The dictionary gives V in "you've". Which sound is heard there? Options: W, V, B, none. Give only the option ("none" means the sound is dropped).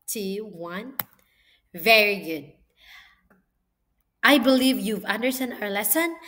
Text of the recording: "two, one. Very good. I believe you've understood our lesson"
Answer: V